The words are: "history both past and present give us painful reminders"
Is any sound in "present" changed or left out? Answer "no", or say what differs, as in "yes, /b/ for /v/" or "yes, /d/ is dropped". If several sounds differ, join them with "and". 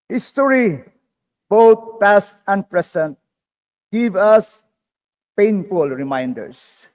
yes, /s/ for /z/